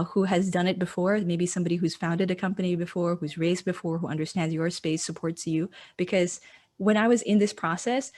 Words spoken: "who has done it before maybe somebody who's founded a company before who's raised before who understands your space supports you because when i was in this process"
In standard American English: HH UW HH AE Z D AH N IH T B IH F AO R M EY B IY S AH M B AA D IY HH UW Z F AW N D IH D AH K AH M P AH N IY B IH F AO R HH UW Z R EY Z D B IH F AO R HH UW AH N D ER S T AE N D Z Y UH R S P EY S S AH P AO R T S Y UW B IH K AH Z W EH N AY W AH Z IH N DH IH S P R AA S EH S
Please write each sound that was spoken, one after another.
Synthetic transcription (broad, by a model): HH UW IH Z D AH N IH T B IH F AO R M EY B IY S AH M B AA D IY HH UW Z F AW N D IH D AH K AH M P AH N IY B IH F AO R HH UW Z R EY Z D B IH F AO R HH UW AH N D ER S T AE N D Z Y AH R S P EY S S AH P AO R T S Y UW B IH K AH Z W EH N AY W AH Z IH N DH IH S P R AA S EH S